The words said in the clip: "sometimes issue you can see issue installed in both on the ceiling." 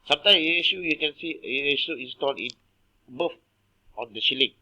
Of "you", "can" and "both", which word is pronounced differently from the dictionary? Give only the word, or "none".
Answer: both